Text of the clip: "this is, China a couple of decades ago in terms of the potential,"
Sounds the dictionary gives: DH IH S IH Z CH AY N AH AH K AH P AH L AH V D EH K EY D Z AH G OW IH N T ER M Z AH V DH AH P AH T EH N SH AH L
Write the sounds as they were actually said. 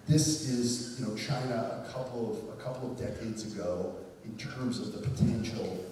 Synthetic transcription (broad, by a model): DH IH S IH Z CH AY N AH AH K AH P AH L AH V D EH K EY D Z AH G OW IH N T ER M Z AH V DH AH P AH T EH N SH L